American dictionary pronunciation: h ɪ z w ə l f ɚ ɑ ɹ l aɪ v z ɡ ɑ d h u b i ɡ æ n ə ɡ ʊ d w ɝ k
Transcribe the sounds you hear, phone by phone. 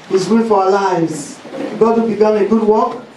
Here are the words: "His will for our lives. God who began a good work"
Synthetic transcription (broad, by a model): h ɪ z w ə n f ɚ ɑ l aɪ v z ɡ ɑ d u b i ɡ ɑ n ə ɡ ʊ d w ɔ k